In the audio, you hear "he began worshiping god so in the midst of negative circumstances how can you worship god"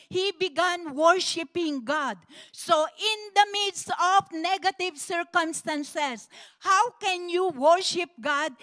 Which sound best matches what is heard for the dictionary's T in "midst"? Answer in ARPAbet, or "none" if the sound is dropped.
none